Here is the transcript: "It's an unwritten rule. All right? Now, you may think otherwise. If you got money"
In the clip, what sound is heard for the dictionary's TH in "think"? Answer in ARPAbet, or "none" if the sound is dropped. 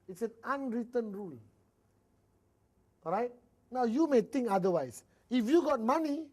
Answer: T